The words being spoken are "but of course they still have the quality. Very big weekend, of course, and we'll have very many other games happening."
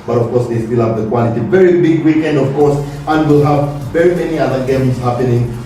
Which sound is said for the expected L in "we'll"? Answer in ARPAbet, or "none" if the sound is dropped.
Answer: L